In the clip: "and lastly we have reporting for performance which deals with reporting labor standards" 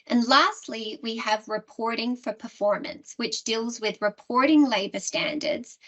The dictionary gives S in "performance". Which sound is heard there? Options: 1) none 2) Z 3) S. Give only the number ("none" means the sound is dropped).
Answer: 3